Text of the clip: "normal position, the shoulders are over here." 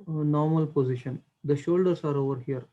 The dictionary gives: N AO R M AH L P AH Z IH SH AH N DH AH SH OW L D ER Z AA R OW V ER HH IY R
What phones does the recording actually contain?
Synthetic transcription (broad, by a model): N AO R M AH L P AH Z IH SH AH N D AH SH OW L D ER S AA R OW V ER HH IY R